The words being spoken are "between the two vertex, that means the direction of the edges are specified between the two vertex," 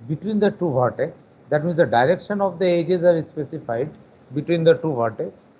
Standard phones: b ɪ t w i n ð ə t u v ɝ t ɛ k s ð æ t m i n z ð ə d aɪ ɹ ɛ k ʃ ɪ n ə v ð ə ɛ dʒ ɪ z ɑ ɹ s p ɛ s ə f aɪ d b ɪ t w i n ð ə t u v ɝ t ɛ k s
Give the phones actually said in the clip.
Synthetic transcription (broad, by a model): b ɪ t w i n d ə t u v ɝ t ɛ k s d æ t m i n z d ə d aɪ ɹ ɛ k ʃ ɪ n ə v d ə ɛ dʒ ɪ z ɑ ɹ s p ɛ s ə f aɪ d b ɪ t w i n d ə t u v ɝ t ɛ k s